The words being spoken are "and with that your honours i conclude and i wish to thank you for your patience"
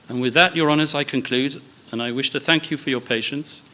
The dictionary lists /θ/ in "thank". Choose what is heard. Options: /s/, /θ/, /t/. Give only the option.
/θ/